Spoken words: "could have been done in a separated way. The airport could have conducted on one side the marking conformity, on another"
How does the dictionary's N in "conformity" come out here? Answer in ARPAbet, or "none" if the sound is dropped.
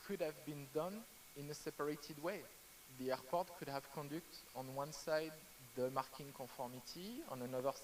none